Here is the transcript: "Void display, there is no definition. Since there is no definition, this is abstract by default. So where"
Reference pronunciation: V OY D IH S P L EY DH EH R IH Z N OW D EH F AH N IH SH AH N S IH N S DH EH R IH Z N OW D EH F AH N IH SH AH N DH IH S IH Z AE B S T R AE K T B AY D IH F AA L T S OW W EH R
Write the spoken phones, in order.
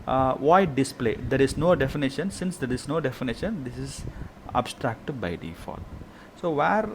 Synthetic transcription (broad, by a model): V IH D IH S P L EY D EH R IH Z N OW D EH F AH N IH SH AH N S IH N S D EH R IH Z N OW D EH F AH N IH SH AH N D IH S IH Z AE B S T R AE K T B AY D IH F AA T S OW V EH R